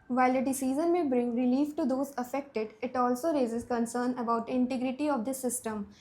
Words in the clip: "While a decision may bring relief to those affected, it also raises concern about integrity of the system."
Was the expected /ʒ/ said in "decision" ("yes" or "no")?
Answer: no